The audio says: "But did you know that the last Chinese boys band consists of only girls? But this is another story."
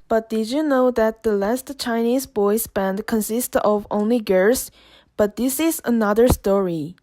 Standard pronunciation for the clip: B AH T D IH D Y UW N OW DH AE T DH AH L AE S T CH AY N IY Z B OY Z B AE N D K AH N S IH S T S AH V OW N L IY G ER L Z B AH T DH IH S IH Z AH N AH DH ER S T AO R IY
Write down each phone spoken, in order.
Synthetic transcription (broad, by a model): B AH T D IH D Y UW N OW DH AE T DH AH L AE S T CH AY N IY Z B OY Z B AE N D K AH N S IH S T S AH V OW N L IY G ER Z B AH T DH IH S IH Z AH N AH DH ER S T AO R IY